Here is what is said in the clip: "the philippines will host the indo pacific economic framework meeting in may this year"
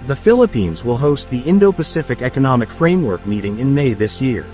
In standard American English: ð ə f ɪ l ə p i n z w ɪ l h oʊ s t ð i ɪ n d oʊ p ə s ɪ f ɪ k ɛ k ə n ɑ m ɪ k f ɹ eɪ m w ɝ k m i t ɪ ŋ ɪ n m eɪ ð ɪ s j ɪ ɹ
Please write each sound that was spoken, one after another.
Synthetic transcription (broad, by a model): ð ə f ɪ l ə p i n z w ɪ l h oʊ s t ð i ɪ n d oʊ p ə s ɪ f ɪ k ɛ k ə n ɑ m ɪ k f ɹ eɪ m w ɝ k m i t ɪ ŋ ɪ n m eɪ ð ɪ s j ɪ ɹ